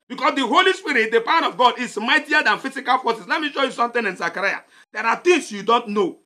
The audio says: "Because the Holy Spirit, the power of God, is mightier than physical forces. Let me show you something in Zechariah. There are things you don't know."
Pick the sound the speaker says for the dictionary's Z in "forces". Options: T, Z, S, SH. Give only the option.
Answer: S